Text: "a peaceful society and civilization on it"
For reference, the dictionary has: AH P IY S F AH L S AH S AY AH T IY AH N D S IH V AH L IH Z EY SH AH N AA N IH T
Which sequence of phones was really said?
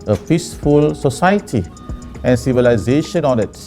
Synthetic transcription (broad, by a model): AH F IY S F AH L S AH S AY AH T IY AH N S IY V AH L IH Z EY SH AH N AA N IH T